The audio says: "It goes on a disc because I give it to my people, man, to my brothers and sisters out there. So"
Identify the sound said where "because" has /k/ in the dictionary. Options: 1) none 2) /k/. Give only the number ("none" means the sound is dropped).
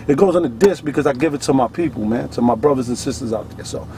2